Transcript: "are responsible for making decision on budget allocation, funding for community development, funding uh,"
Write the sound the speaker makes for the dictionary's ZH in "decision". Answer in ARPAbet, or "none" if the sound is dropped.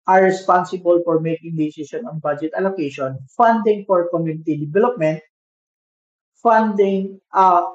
S